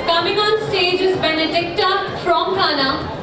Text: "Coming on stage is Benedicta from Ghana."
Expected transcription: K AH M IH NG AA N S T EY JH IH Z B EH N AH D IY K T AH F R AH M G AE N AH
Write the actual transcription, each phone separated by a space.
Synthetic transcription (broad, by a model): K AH M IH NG AA N S T EY JH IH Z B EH N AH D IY K T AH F R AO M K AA N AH